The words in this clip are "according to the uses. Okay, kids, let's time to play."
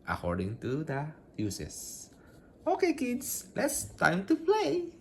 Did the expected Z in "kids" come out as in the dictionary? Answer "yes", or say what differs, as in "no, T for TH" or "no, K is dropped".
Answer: no, S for Z